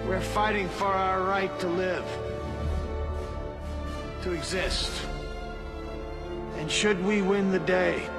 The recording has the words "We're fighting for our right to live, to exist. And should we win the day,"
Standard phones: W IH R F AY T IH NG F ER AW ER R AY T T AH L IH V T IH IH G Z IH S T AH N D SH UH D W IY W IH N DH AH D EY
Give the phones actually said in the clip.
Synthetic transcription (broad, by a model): W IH R F AY T IH NG F ER AW ER R AY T T AH L IH V T IH IH G Z IH S T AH N SH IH D W IY W IH N DH AH D EY